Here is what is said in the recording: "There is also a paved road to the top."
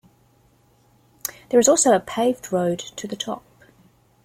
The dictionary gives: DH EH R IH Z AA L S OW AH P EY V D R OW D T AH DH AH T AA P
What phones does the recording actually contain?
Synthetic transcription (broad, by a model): DH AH R IH Z AA L S OW AH P EY V D R OW D T AH DH AH T AA P